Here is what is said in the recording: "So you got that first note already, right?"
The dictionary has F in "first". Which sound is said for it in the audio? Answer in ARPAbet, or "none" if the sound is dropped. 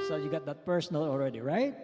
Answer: P